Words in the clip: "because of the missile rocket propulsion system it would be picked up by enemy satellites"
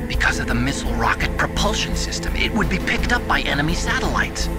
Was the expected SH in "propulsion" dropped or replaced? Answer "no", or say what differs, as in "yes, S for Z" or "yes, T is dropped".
no